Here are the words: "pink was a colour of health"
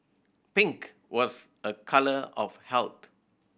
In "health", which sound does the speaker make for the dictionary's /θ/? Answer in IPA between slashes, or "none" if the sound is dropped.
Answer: /t/